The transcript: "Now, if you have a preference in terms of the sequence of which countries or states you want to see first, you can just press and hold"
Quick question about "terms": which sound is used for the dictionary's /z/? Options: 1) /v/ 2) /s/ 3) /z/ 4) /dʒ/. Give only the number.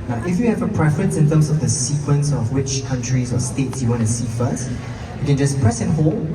2